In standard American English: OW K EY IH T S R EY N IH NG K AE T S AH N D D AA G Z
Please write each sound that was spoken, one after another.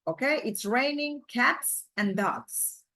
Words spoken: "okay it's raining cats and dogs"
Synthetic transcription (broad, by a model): OW K EY IH T S R EY N IH NG K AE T S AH N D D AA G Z